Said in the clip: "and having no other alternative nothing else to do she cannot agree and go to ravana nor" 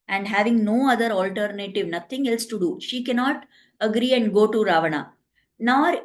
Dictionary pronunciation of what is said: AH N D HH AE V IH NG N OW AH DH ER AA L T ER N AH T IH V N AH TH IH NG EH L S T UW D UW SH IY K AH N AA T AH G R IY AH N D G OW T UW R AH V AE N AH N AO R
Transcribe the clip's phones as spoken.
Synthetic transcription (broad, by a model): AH N D HH AE V IH NG N OW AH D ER AA L T ER N AH T IH V N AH T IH NG EH L S T UW D UW SH IY K AH N AA T AH G R IY AH N D G OW T UW R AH V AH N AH N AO R